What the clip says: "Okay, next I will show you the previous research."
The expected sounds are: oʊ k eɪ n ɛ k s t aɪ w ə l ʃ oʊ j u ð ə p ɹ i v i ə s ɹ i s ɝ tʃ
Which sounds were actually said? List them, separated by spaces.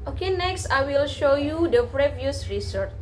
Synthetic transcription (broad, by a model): oʊ k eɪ n ɛ k s t aɪ w ə l ʃ oʊ j u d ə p ɹ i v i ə s ɹ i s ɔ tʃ